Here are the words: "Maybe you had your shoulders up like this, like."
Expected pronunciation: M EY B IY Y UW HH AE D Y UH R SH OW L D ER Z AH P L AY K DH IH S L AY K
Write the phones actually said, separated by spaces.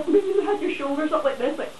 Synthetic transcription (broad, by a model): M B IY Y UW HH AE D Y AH R SH OW L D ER S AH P L AY K DH IH S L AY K